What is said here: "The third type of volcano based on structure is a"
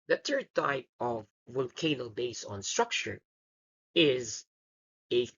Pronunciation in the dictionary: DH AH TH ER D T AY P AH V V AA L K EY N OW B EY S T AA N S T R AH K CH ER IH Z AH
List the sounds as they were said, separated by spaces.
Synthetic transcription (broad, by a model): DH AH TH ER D T AY P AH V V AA L K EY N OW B EY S AA N S T R AH K CH ER IH Z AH